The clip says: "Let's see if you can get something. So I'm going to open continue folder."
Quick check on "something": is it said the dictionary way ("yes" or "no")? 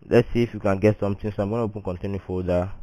no